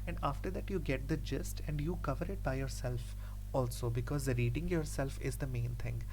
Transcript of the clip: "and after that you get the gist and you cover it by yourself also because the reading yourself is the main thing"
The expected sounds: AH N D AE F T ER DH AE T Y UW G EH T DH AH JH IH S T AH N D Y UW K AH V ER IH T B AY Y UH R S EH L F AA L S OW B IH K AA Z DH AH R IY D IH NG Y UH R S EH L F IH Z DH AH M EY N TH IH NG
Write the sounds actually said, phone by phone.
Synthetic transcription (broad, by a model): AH N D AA F T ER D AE T Y UW G EH T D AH JH IH S T AH N D Y UW K AH V ER IH T B AY Y UH R S EH L F AA L S OW B IH K AA Z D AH R IY D IH NG Y UH R S EH L F IH Z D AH M EY N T IH NG